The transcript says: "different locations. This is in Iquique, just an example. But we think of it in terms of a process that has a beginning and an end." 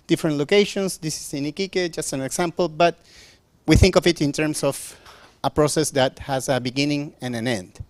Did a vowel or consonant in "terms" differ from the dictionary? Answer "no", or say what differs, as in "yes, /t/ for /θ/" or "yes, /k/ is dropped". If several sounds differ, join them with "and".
yes, /s/ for /z/